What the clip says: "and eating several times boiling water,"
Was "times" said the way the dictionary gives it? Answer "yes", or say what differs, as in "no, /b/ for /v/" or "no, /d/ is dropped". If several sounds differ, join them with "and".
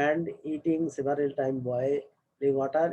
no, /z/ is dropped